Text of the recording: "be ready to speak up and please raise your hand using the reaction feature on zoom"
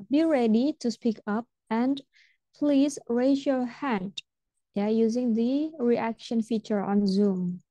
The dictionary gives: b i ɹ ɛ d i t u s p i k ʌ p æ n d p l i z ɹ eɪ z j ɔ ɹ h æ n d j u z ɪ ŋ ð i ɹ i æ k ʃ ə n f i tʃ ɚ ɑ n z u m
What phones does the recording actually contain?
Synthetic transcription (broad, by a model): b i ɹ ɛ d i t u s p i k ʌ p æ n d p l i z ɹ eɪ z j ɔ ɹ h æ n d j u z ɪ ŋ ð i ɹ i æ k ʃ ə n f i tʃ ɚ ɑ n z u m